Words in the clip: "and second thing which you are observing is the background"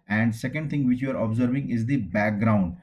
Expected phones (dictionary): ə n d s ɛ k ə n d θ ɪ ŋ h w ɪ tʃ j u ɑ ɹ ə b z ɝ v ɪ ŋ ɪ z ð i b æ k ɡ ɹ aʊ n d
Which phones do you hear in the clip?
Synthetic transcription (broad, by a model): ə n d s ɛ k ə n d t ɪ ŋ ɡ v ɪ tʃ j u ɑ ɹ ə b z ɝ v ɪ ŋ ɪ z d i b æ k ɡ ɹ aʊ n d